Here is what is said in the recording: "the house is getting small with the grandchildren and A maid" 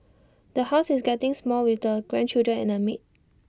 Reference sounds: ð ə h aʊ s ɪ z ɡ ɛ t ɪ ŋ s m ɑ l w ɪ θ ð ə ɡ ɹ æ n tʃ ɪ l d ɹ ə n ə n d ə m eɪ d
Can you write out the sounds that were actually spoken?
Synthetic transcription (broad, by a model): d ə h aʊ s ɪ s ɡ ɛ t ɪ ŋ s m ɑ l w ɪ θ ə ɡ ɹ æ n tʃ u d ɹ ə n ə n ə m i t